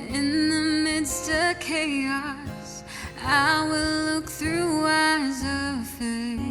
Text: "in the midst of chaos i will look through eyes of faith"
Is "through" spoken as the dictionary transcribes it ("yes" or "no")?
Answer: yes